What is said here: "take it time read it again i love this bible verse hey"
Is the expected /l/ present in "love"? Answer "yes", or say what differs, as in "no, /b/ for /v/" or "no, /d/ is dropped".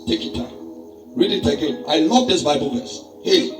no, /n/ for /l/